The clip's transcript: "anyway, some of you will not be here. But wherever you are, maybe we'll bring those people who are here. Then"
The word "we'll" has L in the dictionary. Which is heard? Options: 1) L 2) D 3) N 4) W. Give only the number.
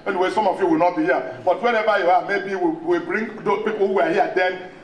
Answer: 4